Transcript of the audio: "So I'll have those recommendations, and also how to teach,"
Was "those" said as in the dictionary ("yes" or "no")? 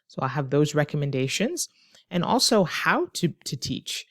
yes